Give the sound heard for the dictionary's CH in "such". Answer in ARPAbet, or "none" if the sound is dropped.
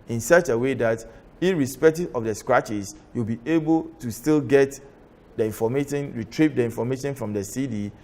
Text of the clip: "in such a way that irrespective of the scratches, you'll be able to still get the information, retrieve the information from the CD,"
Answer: CH